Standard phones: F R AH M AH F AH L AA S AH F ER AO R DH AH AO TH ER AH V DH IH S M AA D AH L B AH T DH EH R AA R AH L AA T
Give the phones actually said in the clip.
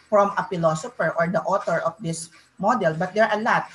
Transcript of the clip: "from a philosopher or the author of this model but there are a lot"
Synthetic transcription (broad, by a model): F R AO M AH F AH L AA S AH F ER AO R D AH AO T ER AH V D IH S M AA D AH L B AH T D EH R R AH L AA T